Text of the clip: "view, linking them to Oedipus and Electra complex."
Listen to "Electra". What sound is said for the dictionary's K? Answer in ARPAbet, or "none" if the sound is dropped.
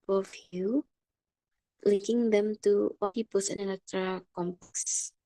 none